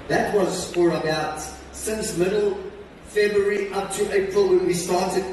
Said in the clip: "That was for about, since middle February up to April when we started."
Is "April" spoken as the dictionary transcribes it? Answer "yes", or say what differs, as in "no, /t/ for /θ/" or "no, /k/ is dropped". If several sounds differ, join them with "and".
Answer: yes